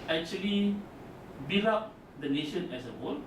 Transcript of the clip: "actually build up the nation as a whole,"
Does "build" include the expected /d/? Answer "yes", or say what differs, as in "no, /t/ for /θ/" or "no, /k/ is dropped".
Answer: no, /d/ is dropped